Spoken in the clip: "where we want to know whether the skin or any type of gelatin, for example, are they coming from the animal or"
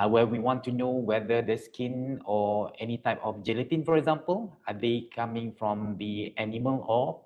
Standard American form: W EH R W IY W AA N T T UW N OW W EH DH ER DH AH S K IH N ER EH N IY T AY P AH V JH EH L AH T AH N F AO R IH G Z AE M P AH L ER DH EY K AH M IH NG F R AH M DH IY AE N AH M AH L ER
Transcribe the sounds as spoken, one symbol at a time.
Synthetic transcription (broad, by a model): W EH W IY W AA N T T UW N OW W EH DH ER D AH S K IH N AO EH N IY T AY P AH F JH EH L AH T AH N F AO R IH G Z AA M P AH L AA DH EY K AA M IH NG F R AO M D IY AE N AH M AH L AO